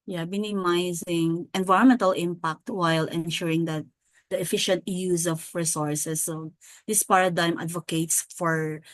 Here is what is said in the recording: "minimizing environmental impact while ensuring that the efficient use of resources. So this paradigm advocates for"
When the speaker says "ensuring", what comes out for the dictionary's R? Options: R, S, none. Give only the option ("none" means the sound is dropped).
R